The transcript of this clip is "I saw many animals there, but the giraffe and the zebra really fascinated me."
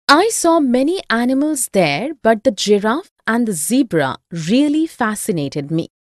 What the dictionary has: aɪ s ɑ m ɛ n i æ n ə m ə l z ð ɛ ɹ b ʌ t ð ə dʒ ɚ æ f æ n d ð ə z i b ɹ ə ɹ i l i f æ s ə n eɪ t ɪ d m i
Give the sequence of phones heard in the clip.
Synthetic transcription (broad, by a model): aɪ s ɑ m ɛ n i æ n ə m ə l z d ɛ ɹ b ʌ t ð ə dʒ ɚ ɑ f æ n d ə z i b ɹ ə ɹ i l i f æ s ə n eɪ t ɪ d m i